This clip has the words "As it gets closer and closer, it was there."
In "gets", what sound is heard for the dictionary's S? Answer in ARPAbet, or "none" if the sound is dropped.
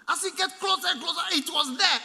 none